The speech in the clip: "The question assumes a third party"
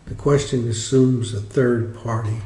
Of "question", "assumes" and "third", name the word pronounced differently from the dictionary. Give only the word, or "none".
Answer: none